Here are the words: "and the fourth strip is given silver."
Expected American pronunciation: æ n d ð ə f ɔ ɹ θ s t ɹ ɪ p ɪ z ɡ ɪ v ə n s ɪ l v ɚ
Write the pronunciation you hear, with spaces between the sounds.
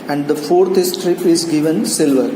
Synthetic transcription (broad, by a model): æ n d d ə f ɔ ɹ t s t ɹ ɪ p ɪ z ɡ ɪ v ə n s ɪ l v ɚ